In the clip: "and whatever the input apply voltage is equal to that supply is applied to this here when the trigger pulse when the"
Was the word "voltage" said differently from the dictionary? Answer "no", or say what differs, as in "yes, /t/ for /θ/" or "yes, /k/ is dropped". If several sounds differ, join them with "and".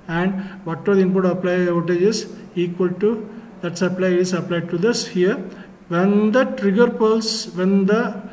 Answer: yes, /l/ is dropped